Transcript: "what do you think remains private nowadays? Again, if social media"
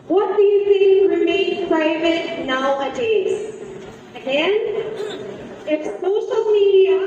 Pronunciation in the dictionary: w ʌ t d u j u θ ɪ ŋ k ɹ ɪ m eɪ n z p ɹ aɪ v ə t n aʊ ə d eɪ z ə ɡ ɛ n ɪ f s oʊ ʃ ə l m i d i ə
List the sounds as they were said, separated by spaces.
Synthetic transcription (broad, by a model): w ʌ t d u j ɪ θ ɪ ŋ k ɹ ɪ m eɪ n p ɹ aɪ v ə t n aʊ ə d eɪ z ə ɡ ɛ n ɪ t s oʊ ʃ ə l m i d i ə